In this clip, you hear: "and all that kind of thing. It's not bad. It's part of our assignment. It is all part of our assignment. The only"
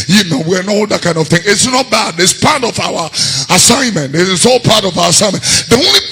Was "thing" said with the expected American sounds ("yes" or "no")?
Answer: yes